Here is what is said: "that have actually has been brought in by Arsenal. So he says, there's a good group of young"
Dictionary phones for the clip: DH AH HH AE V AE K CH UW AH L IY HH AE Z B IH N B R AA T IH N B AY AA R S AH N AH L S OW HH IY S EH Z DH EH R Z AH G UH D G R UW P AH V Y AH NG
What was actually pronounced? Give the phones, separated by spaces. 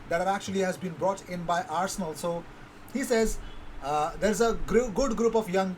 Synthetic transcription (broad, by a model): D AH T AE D AE K CH UW AH L IY HH AE Z B IH N B R AA T IH N B AY AA R S AH N AH L S OW HH IY S EH Z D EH R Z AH G UH D G R UW P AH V Y AH NG